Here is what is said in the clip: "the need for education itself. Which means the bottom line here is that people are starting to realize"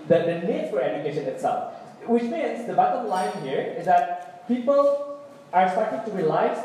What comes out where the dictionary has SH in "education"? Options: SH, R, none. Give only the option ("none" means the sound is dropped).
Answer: SH